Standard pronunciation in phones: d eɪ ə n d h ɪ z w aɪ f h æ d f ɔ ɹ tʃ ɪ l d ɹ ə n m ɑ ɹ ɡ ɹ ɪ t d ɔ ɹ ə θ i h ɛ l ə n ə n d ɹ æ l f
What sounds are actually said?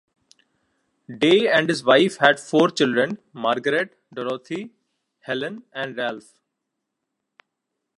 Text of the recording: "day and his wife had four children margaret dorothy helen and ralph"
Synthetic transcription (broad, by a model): d eɪ ə n d h ɪ z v aɪ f h æ d f ɔ ɹ tʃ ɪ l d ɹ ə n m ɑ ɹ ɡ ɹ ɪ t d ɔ ɹ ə t i h ɛ l ə n ə n d ɹ æ l f